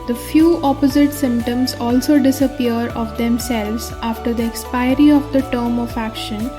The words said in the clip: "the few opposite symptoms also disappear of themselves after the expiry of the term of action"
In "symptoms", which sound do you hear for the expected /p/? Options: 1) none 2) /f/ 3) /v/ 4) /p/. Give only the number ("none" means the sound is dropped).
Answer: 4